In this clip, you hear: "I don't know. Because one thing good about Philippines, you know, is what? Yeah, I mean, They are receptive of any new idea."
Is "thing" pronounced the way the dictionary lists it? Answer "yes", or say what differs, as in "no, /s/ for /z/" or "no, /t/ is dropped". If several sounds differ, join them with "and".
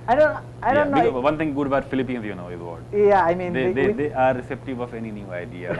no, /t/ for /θ/